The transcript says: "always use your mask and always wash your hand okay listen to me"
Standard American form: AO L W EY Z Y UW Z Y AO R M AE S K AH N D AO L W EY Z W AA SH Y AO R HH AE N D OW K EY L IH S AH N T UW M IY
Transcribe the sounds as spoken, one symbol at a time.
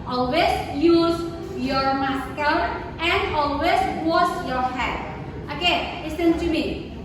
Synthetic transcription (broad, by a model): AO L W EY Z Y UW Z Y AO R M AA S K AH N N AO L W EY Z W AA S Y AO R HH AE D OW K EY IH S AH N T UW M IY